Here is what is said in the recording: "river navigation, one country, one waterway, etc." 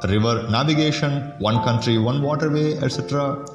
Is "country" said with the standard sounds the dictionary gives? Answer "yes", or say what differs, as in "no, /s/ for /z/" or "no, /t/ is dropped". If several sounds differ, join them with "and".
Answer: yes